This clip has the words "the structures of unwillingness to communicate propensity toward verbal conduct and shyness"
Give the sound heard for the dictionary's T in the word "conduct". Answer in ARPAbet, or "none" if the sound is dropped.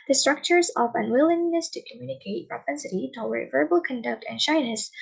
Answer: T